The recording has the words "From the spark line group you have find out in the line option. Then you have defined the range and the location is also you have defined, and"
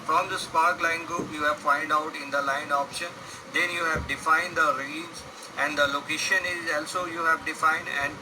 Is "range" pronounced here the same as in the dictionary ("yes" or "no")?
no